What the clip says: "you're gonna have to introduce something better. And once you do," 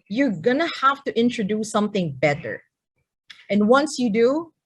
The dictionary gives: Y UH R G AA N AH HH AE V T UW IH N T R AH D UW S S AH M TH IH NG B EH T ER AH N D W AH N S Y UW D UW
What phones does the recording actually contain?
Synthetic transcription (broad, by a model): Y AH R G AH N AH HH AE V T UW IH N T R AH D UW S S AH M TH IH NG B EH T ER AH N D W AH N S Y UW D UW